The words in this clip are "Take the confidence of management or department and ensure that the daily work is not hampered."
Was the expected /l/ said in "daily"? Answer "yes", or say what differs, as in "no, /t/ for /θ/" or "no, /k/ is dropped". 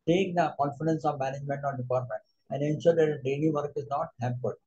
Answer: no, /n/ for /l/